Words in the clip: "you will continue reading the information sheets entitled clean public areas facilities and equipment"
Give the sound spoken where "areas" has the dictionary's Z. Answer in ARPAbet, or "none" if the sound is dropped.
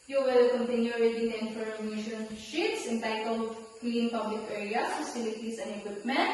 S